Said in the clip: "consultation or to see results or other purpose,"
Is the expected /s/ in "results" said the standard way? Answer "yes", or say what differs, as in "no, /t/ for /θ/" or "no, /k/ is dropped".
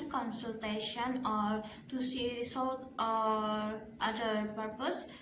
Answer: no, /s/ is dropped